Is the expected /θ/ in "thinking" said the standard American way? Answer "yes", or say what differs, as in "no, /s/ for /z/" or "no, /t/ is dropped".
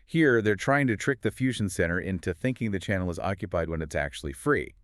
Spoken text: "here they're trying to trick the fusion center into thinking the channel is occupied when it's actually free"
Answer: yes